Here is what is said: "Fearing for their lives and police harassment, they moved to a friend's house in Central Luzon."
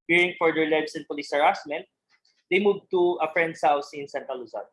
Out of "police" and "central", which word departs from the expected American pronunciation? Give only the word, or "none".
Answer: central